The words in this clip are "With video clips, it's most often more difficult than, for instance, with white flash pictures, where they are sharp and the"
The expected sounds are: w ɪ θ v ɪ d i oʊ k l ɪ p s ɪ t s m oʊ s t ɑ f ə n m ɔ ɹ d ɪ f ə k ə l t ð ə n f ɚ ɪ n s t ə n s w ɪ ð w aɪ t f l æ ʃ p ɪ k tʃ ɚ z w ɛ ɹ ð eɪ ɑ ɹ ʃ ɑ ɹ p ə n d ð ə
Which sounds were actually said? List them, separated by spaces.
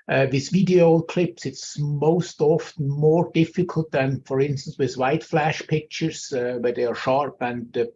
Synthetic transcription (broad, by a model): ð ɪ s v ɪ d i oʊ k l ɪ p s ɪ t s m oʊ s t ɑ f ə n m ɔ ɹ d ɪ f ə k ə l t ð ə n f ɚ ɪ n s t ə n s w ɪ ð w aɪ t f l æ ʃ p ɪ k tʃ ɚ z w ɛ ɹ ð eɪ ɑ ɹ ʃ ɑ ɹ p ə n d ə